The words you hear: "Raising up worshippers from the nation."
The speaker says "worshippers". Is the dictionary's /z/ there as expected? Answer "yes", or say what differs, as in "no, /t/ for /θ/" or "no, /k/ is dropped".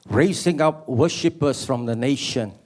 no, /s/ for /z/